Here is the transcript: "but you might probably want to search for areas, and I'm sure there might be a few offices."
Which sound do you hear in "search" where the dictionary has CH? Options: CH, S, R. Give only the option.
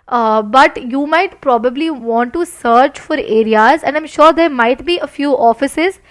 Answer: CH